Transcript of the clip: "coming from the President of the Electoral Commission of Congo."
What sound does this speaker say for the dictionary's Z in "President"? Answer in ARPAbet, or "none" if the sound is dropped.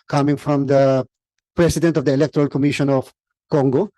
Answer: S